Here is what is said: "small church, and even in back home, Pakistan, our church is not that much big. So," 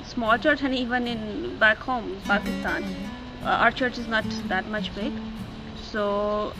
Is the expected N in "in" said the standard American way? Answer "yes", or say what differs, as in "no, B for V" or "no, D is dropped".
yes